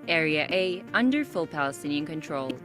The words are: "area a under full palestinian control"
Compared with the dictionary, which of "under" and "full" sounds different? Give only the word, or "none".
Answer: none